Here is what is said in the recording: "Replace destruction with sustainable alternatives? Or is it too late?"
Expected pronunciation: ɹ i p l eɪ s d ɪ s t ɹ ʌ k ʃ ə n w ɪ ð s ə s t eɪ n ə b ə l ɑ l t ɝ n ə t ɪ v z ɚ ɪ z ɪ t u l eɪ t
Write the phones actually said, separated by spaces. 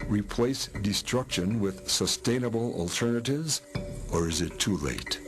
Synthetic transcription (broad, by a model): ɹ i p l eɪ s d ɪ s t ɹ ʌ k ʃ ə n w ɪ ð s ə s t eɪ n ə b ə l ɑ l t ɝ n ə t ɪ v z ɚ ɪ z ɪ t u l eɪ t